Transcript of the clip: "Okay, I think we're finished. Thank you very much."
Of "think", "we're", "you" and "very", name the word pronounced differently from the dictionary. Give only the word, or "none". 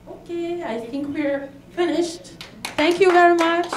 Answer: none